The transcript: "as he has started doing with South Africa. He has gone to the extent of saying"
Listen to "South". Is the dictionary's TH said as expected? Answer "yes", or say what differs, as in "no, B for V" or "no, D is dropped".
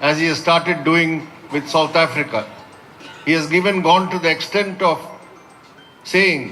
no, T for TH